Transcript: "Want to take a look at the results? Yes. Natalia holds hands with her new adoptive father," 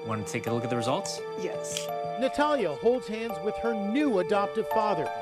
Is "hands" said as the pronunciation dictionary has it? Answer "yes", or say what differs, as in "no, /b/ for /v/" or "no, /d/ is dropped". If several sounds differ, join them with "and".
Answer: yes